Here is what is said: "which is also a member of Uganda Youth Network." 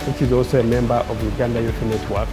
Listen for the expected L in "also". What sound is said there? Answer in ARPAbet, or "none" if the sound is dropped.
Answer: none